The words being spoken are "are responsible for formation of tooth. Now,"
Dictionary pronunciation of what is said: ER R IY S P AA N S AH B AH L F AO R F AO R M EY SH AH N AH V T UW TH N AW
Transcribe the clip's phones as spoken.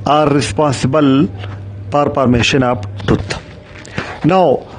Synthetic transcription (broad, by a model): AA R IY S P AA N S AH B AH L P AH R P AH R M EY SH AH N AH P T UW T N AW